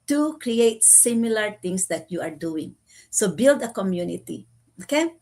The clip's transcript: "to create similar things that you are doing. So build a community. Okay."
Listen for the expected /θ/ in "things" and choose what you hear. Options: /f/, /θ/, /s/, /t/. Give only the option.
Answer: /t/